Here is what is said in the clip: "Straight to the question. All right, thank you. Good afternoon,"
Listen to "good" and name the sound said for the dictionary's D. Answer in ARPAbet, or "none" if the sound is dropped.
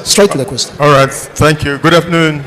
D